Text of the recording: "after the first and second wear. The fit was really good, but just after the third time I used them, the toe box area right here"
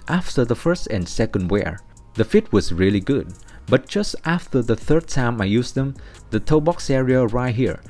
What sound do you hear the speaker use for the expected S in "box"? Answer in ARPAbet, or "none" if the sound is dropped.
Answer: S